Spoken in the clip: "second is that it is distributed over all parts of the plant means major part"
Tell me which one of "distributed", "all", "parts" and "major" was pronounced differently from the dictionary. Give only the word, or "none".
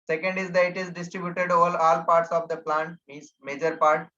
none